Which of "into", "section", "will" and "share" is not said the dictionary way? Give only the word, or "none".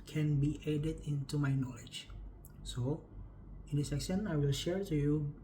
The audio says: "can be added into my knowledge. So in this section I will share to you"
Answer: section